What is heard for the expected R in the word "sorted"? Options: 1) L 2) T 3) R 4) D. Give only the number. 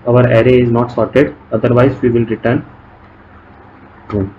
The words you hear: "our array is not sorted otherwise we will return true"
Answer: 3